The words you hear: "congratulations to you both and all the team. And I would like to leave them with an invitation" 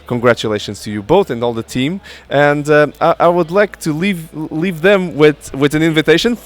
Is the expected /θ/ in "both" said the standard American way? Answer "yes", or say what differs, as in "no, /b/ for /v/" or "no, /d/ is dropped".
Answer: yes